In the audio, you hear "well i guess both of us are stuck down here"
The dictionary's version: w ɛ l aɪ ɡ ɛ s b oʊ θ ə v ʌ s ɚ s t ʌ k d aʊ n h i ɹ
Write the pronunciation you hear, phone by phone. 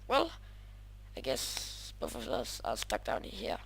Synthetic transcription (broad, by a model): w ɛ l aɪ ɡ ɛ s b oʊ f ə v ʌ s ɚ s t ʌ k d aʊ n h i